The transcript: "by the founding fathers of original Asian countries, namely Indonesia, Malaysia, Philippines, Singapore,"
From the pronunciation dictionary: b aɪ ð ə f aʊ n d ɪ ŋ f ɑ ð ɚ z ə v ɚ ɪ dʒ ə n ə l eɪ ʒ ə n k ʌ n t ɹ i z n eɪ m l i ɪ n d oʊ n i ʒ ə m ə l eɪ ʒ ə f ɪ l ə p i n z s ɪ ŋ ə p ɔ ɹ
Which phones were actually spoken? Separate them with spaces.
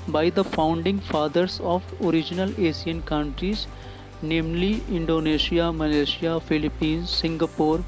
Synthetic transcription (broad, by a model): b aɪ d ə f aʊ n d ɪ ŋ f ɑ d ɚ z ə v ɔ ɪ dʒ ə n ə l eɪ s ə n k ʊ n t ɹ i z n eɪ m l i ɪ n d oʊ n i ʃ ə m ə l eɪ ʃ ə f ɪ l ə p i n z s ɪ ŋ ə p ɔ ɹ